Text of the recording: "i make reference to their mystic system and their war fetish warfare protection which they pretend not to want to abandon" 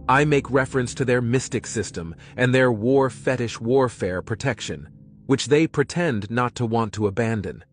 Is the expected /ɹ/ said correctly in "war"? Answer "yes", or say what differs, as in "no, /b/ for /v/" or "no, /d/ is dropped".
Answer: yes